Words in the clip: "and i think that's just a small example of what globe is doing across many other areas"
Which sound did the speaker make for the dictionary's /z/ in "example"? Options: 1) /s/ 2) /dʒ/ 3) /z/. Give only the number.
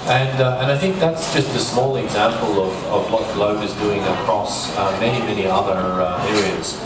3